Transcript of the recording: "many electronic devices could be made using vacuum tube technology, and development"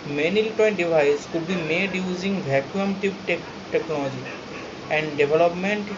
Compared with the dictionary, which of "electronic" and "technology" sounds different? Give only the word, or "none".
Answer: electronic